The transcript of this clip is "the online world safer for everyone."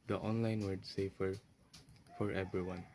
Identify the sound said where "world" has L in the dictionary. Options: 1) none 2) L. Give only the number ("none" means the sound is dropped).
1